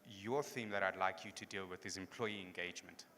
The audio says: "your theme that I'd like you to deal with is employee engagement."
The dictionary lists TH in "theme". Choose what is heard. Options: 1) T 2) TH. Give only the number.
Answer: 2